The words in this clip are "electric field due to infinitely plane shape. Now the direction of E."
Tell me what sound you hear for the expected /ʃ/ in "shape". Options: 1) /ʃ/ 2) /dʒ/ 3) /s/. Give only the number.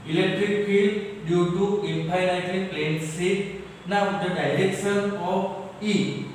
3